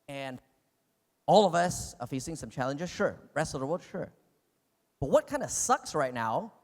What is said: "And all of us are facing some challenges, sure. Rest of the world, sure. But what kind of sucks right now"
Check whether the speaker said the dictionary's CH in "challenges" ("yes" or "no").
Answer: yes